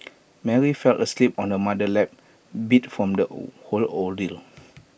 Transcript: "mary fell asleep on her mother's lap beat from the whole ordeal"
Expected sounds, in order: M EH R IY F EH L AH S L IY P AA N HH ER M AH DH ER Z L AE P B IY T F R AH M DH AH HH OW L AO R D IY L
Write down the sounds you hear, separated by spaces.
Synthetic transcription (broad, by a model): M EH R IY F EH L AH S L IY P AA N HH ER M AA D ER L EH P B IY T F R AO M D AH HH OW L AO L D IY L